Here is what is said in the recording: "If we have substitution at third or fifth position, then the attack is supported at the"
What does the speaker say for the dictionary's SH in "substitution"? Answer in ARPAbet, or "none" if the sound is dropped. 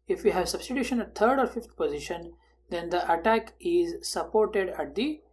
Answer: SH